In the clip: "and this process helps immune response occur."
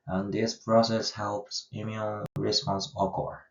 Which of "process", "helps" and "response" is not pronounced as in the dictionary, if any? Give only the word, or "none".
none